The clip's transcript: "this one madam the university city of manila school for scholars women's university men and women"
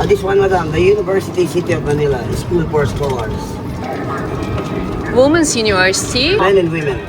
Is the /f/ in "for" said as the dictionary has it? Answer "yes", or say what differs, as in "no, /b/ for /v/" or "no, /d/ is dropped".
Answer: no, /p/ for /f/